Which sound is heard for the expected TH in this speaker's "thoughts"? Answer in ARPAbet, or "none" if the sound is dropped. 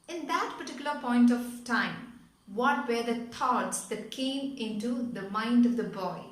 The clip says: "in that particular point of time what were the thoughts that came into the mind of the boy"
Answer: T